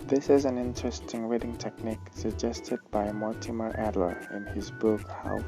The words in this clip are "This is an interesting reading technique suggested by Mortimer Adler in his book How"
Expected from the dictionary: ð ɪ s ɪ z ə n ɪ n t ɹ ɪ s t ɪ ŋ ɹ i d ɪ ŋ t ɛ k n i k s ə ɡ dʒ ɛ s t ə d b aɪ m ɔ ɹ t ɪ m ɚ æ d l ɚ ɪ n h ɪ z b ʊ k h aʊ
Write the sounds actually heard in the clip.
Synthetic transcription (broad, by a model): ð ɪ s ɪ z ə n ɪ n t ɹ ɪ s t ɪ ŋ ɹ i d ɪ ŋ t ɛ k n i k s ə ɡ dʒ ɛ s t ə d b aɪ m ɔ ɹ t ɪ m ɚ æ d l ɚ ɪ n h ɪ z b ʊ k h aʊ